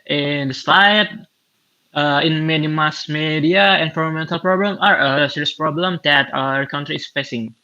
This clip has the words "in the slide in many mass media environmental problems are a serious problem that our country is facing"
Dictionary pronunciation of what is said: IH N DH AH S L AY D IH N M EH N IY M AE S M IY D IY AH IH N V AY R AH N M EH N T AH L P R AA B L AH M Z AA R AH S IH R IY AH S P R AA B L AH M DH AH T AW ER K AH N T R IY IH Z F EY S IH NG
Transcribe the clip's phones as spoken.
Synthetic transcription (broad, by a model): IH N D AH S L AY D IH N M EH N IY M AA S M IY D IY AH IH N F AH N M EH N T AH L P R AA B L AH M AA R AH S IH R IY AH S P R AA B L AH M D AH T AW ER K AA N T R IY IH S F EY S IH NG